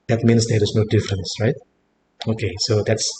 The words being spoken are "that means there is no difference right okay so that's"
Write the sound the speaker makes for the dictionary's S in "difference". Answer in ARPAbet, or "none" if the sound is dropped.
S